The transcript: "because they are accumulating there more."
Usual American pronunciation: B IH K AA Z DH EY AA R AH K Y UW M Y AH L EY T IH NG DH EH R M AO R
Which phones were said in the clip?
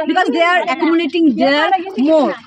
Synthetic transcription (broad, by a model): B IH K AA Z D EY AA R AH K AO M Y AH N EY T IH NG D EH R M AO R